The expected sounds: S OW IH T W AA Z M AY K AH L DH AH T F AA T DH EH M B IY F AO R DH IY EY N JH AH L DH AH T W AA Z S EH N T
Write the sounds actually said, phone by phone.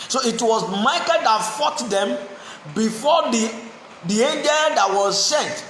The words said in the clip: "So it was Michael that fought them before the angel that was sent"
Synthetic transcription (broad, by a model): S OW IH T W AA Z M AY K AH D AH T F AA T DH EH M B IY F AO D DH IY EY N JH AH L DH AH T W AA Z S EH N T